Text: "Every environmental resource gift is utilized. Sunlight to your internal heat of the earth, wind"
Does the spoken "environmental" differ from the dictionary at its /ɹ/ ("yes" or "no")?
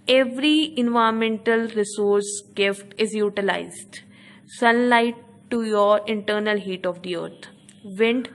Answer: yes